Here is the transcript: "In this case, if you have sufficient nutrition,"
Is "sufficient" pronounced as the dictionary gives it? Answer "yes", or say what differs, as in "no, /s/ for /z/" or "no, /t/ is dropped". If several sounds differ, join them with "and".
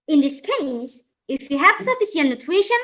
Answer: no, /s/ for /ʃ/